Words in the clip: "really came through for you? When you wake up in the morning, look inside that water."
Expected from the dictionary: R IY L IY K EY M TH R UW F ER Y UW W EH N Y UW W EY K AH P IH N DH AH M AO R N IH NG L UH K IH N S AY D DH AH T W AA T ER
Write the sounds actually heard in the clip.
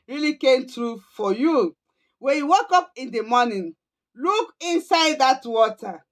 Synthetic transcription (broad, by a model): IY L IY K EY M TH R UW F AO Y UW W EH N Y UW W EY K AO P IH N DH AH M AO N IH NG L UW K IH N S AY D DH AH T W AA T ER